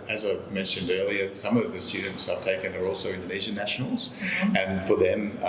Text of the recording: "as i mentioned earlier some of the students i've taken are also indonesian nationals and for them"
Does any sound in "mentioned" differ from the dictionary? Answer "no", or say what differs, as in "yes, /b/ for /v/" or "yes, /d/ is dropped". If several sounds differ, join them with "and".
no